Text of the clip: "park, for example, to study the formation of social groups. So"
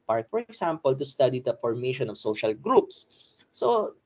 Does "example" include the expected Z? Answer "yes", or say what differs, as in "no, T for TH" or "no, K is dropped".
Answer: no, S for Z